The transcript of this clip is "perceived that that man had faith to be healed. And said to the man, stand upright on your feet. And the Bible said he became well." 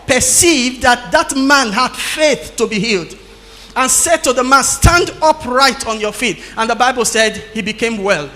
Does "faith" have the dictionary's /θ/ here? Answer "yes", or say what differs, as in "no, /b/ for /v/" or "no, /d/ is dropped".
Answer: yes